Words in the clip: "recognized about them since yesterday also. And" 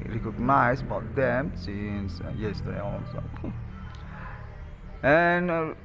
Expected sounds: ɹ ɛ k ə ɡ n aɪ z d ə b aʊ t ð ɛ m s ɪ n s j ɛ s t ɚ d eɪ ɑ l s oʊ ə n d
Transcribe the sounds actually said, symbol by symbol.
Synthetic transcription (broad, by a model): ɹ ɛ k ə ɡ n aɪ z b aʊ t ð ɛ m s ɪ n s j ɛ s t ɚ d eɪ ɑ n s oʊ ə n